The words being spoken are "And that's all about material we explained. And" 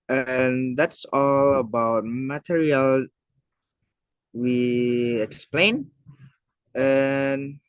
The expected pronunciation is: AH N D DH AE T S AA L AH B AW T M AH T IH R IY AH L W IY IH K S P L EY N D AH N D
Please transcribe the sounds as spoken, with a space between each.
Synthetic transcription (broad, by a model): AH N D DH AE T S AA L AH B AW T M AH T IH R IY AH L W IY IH K S P L EY N AH N